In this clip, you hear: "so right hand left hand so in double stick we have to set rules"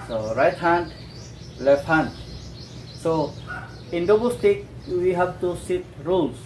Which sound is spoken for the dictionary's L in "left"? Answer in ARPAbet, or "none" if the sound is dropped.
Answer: L